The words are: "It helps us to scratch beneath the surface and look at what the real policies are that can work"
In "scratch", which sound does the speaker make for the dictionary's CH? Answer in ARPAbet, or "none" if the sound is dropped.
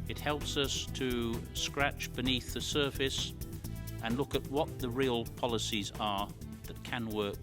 CH